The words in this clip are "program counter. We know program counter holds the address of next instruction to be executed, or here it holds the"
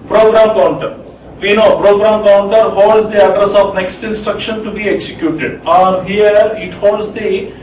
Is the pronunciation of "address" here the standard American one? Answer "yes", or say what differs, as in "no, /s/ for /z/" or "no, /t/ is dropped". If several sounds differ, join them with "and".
yes